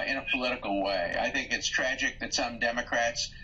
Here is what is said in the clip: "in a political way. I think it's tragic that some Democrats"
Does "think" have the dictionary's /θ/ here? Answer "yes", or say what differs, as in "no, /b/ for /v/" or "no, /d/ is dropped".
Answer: yes